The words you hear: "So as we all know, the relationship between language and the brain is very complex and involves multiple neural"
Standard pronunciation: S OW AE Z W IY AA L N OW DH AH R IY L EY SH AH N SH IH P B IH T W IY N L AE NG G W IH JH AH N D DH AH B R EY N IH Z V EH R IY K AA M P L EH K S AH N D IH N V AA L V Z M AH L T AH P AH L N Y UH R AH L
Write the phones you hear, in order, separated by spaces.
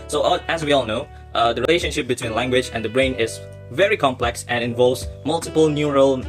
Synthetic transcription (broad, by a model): S OW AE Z W IY AA L N OW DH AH R IY L EY SH AH N SH IH P B IH T W IY N L AE NG G W IH JH AH N D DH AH B R EY N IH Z V EH R IY K AA M P L EH K S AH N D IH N V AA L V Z M AH L T AH P AH L N Y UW R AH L